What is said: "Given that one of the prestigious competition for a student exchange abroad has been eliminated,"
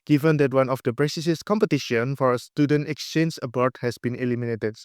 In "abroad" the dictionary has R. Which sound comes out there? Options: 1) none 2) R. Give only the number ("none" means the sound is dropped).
1